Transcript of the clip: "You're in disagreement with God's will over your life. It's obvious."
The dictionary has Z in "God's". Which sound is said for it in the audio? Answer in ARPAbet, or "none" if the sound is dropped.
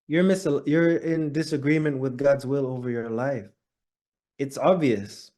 Z